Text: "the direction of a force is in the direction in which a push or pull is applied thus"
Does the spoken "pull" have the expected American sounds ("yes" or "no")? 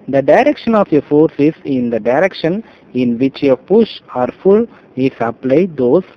no